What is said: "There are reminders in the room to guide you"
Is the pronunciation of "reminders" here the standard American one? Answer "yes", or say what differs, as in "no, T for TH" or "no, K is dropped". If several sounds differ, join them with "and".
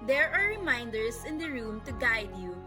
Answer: no, S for Z